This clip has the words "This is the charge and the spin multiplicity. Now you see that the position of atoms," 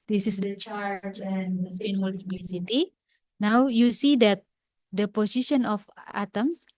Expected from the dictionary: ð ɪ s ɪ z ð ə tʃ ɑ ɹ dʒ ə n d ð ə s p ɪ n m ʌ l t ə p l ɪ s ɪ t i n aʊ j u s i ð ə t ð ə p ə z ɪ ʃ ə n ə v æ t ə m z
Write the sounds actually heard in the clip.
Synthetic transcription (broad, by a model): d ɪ s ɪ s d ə tʃ ɑ ɹ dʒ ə n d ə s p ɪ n m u l t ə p l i s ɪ t i n aʊ j u s i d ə t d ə p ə s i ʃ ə n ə f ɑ t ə m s